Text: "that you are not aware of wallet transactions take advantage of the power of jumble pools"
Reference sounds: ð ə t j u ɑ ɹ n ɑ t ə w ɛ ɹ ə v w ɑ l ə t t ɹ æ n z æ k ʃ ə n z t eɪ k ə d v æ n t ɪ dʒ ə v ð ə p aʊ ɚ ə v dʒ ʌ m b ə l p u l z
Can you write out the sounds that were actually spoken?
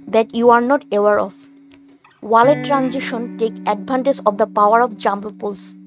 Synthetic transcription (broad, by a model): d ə t j u ɑ ɹ n ɑ t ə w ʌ ɹ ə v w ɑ l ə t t ɹ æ n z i ʃ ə n t eɪ k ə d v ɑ n t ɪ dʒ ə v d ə p aʊ ɚ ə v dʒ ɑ m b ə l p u l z